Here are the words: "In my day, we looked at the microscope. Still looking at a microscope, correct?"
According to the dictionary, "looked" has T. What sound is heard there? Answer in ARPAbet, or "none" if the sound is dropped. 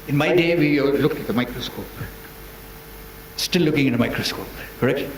none